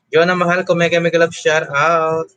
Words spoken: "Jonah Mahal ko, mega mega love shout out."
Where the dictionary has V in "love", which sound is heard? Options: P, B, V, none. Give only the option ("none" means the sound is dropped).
B